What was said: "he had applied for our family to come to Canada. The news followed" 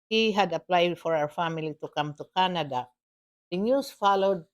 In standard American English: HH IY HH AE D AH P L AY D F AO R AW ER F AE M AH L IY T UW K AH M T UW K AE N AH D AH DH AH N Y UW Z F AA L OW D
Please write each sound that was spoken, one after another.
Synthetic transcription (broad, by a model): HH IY HH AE D AH P L AY D F AO R AW ER F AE M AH L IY T UW K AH M T UW K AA N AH D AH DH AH N Y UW S F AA L OW D